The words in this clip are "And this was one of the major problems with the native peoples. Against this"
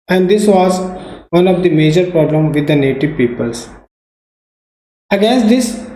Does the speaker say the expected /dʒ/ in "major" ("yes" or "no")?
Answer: yes